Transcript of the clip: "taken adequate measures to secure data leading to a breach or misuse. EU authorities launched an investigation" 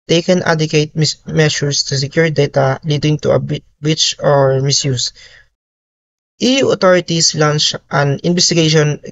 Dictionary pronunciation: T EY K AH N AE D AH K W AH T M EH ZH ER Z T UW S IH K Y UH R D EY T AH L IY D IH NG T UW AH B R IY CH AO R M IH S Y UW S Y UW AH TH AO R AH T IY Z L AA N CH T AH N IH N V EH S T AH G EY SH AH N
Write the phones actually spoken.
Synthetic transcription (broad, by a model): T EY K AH N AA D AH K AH T M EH SH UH S T UW S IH K Y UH R D EY T AH L IY D IH NG T UW AH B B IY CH AO R M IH S Y UW S Y UW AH T AO R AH T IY S L AA N CH T AH N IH N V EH S T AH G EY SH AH N